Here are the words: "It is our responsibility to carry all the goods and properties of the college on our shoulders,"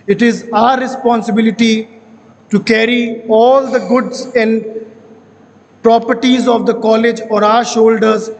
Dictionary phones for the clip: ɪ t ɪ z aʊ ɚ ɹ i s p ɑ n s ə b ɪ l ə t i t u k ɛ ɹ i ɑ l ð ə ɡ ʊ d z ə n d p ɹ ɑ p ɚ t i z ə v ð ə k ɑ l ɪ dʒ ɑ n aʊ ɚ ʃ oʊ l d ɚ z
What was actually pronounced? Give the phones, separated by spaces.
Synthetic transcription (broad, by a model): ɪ t ɪ z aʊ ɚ ɹ i s p ɑ n s ə b ɪ l ə t i t u k ɛ ɹ i ɑ l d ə ɡ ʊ d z ə n d p ɹ ɑ p ɚ t i z ə v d ə k ɑ l ɪ dʒ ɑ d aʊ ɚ ʃ oʊ l d ɚ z